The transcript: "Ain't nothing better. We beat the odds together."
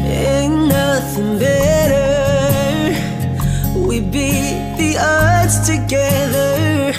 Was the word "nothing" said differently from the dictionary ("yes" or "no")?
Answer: no